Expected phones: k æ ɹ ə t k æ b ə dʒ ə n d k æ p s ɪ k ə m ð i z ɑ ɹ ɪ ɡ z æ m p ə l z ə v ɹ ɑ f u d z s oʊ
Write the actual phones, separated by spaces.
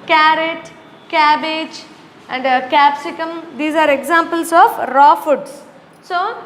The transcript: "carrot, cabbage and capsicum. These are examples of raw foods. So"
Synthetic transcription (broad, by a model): k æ ɹ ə t k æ b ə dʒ ə n d k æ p s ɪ k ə m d i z ɑ ɹ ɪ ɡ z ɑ m p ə l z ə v ɹ ɑ f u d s s oʊ